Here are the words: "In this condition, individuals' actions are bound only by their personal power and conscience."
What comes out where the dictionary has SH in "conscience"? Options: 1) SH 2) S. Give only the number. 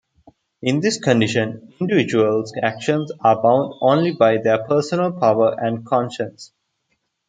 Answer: 1